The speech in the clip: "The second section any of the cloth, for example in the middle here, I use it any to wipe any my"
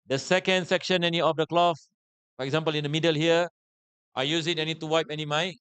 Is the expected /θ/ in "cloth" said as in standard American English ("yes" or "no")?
no